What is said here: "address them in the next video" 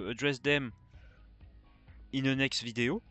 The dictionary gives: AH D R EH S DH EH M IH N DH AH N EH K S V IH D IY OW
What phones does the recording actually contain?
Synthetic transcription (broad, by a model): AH D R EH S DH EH M IH N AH N EH K S V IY D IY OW